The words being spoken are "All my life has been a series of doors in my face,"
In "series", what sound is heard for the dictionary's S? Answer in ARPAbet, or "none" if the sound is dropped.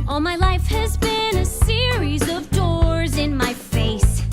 S